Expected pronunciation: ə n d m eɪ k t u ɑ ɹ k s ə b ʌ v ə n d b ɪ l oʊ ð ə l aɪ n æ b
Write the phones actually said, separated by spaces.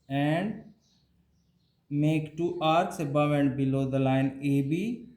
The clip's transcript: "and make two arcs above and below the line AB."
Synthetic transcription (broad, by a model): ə n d m eɪ k t u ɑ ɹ s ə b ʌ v ə n d b ɪ l oʊ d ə l aɪ n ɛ b